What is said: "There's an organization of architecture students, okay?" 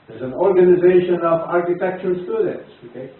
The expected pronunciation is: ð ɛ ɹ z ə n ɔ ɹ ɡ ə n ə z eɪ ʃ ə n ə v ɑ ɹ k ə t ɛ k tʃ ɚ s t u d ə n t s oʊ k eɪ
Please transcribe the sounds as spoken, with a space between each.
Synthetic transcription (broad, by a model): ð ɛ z ə n ɔ ɹ ɡ ə n ə z eɪ ʃ ə n ə v ɑ ɹ k ə t ɛ k tʃ ɚ s t u d ə n t s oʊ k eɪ